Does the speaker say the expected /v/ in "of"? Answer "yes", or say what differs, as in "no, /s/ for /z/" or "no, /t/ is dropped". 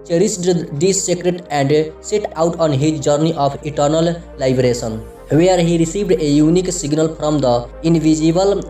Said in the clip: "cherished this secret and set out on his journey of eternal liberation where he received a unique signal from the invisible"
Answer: no, /p/ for /v/